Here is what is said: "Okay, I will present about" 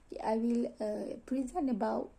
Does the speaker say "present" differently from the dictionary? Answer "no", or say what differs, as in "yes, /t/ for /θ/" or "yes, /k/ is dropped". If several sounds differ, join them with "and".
yes, /t/ is dropped